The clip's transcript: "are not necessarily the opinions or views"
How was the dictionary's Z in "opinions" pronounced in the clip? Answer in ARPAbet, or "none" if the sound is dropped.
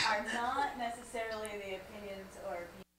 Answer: Z